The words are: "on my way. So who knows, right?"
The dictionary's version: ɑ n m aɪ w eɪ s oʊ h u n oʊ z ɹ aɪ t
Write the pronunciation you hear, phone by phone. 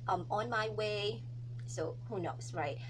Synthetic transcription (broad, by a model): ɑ n m aɪ w eɪ s oʊ h u n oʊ s ɹ aɪ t